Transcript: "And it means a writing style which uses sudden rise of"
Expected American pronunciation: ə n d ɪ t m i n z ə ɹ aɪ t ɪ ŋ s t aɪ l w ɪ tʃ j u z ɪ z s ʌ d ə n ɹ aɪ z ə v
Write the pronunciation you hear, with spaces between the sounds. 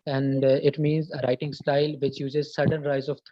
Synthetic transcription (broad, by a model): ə n d ɪ t m i n z ə ɹ aɪ t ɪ ŋ s t aɪ l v ɪ tʃ j u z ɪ z s ʌ d ə n ɹ aɪ z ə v